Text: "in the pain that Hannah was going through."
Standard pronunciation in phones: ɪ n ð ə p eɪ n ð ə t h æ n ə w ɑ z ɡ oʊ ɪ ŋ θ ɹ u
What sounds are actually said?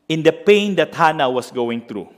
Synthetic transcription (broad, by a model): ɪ n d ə p eɪ n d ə t h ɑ n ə w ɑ s ɡ oʊ ɪ ŋ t ɹ u